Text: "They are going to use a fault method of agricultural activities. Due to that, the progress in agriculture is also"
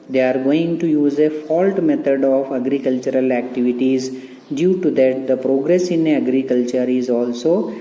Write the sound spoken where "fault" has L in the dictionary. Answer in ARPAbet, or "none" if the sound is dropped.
L